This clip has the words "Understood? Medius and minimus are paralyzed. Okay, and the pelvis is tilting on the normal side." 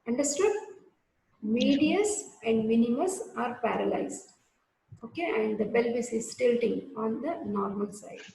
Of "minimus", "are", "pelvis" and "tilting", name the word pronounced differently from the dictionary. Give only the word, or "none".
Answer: pelvis